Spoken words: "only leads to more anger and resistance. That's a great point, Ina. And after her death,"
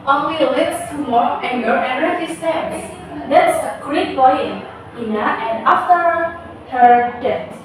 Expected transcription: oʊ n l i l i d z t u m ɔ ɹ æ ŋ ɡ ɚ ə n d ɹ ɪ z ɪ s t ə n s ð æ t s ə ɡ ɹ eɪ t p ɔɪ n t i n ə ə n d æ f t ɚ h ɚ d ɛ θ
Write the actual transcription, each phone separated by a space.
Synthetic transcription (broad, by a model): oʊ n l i l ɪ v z t u m ɔ ɹ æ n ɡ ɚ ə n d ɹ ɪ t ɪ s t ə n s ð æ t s ə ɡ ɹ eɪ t b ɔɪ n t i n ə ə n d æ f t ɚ h ɚ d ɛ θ